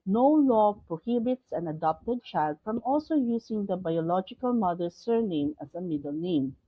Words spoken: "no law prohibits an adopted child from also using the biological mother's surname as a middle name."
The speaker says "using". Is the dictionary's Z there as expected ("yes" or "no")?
no